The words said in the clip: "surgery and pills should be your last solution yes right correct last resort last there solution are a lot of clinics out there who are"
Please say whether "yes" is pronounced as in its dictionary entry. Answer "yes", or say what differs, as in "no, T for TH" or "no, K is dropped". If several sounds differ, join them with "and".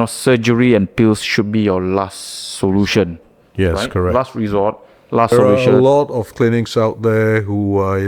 no, S is dropped